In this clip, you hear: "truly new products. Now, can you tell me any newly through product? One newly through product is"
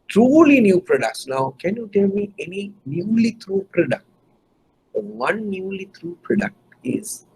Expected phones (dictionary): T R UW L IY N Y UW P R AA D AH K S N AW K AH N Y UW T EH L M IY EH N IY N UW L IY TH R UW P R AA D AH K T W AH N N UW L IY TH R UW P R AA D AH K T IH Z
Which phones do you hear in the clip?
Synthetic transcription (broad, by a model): T R UW L IY N Y UW P R AA D AH K S N AW K AH N Y UW T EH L M IY EH N IY N UW L IY T R UW P R AA D AH K T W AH N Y UW L IY T R UW P R AA D AH K T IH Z